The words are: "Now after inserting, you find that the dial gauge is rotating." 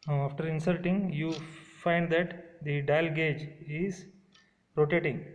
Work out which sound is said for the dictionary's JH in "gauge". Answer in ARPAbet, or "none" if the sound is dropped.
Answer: JH